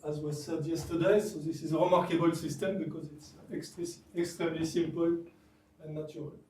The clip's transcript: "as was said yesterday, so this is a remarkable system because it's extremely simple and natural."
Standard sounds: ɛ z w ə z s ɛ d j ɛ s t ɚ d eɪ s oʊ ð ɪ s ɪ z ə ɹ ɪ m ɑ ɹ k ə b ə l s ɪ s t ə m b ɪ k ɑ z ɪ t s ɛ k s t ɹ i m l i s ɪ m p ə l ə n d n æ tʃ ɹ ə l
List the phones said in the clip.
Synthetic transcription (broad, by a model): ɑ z w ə s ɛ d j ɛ s t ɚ d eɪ s oʊ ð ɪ s ɪ z ə ɹ ɪ m ɑ ɹ k ə b ə l s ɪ s t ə m b ɪ k ɑ z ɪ t s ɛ k s t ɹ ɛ m l i s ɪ m p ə l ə n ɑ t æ ɹ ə l